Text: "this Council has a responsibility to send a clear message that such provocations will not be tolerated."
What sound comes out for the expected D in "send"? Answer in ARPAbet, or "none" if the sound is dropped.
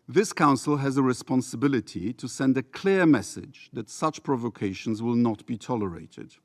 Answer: D